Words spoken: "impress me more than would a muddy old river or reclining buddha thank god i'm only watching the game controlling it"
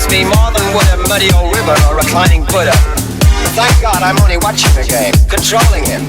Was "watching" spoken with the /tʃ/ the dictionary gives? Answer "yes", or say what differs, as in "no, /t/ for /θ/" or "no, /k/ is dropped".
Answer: yes